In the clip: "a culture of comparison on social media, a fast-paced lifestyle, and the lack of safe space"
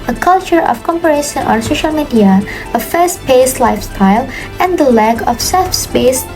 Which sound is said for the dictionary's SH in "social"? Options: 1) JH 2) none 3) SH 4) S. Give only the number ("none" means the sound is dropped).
3